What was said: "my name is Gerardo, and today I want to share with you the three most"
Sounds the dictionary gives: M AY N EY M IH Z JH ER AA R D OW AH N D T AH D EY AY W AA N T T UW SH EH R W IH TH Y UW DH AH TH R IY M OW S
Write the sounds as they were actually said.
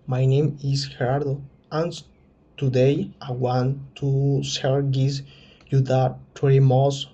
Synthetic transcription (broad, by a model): M AY N EY M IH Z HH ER AA R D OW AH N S T AH D EY AY W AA N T T UW S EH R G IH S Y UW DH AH T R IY M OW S